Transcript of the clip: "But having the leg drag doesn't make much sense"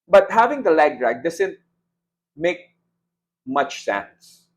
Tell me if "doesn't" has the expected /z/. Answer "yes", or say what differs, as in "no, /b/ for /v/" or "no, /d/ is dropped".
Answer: no, /s/ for /z/